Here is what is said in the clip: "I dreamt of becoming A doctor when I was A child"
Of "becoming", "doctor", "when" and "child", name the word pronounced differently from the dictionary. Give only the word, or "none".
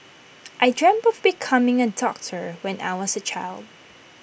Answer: none